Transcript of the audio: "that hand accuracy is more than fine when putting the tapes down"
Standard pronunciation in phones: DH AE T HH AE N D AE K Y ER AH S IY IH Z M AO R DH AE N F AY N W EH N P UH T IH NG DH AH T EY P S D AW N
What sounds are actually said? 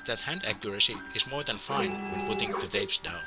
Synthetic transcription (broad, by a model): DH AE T HH AE N D AE K Y ER AH S IY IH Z M AO R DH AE N F AY N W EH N P UH T IH NG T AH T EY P S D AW N